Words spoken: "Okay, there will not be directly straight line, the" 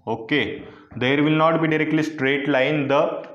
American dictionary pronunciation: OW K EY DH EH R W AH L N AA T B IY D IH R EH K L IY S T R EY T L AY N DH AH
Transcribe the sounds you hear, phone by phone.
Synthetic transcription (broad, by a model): OW K EY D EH R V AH L N AA T B IY D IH R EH K L IY S T R EY T L AY N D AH